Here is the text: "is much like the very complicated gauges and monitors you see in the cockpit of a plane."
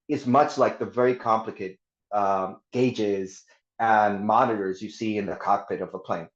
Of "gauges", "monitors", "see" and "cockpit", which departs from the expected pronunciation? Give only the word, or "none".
none